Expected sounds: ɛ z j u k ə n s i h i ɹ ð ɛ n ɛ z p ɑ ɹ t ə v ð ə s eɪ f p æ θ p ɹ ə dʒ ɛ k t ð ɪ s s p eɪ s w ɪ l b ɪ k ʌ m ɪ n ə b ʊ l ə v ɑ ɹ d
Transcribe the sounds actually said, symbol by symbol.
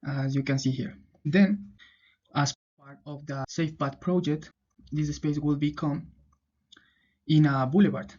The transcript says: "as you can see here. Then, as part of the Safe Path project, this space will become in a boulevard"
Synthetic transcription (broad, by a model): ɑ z j u k ə n s i h i ɹ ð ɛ n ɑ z p ɑ ɹ t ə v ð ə s eɪ f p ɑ t p ɹ ə dʒ ɛ k t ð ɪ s s p eɪ s w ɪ l b ɪ k ʌ m ɪ n ə b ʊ l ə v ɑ ɹ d